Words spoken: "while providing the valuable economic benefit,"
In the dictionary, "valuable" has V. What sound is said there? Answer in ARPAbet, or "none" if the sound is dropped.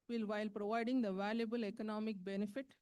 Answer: V